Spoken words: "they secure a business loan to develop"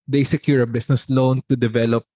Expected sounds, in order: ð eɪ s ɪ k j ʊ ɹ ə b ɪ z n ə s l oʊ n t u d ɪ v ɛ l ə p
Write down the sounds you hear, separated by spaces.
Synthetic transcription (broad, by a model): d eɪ s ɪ k j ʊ ɹ ə b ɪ s n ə s l oʊ n t u d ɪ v ɛ l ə p